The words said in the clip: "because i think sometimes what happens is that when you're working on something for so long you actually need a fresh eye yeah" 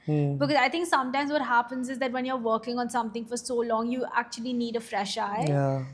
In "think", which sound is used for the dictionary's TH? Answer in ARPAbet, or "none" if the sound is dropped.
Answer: T